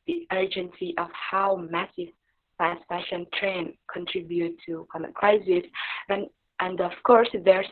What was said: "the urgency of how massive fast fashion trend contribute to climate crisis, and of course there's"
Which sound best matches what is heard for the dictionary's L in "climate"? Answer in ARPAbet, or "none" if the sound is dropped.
none